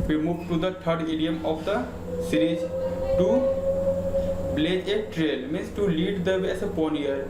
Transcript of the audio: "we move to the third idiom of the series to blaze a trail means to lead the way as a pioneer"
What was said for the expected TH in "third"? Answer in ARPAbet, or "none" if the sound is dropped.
T